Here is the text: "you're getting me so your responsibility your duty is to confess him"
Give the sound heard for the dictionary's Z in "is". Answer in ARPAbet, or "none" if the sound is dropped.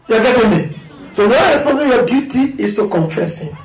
S